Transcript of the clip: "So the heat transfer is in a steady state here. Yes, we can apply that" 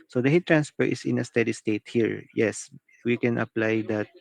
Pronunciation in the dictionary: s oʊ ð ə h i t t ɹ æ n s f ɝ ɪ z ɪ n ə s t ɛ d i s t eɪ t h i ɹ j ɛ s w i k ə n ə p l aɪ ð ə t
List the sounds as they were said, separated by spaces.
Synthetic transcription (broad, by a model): s oʊ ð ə h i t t ɹ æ n s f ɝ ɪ s ɪ n ə s t ɛ d i s t eɪ t h i ɹ j ɛ s w i k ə n ə p l aɪ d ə t